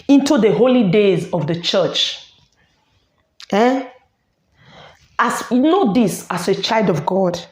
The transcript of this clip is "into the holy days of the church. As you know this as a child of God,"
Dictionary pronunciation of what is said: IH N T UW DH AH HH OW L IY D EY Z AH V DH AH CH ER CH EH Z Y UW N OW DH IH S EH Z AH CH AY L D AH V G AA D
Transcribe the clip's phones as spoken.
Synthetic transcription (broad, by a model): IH N T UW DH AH HH OW L IY D EY Z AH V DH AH CH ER CH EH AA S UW N OW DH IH S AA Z AH CH AY L D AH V G AA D